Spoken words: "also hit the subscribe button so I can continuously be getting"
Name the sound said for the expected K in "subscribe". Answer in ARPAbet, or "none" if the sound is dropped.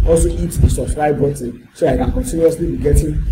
none